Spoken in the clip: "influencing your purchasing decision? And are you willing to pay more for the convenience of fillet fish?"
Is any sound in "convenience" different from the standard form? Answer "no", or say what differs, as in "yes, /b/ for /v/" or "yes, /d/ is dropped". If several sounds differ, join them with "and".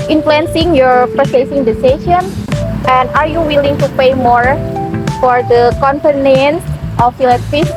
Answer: yes, /p/ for /v/